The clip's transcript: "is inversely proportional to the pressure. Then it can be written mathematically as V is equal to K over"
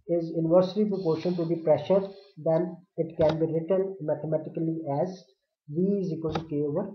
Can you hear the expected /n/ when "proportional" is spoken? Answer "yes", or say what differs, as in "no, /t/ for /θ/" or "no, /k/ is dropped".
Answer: no, /n/ is dropped